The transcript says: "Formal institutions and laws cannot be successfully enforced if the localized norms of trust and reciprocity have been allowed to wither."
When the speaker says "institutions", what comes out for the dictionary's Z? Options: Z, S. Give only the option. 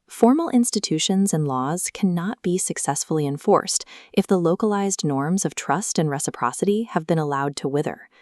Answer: Z